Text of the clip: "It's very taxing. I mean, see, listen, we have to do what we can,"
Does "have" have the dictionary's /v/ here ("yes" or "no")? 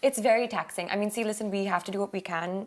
no